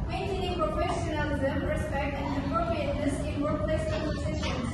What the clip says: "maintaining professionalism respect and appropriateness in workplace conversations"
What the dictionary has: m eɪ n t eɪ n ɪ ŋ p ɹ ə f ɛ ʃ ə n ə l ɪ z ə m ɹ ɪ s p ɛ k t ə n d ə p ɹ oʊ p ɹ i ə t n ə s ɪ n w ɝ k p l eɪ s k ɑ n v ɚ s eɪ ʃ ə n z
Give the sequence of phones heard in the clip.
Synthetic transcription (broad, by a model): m eɪ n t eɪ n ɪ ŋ p ɹ ə f ɛ ʃ ə n ə l ɪ z ə m ɹ ɪ s p ɛ k t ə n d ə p ɹ oʊ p ɹ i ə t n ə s ɪ n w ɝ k l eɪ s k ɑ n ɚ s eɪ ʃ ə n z